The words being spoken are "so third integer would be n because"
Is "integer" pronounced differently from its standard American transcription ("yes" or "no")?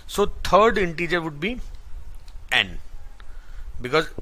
no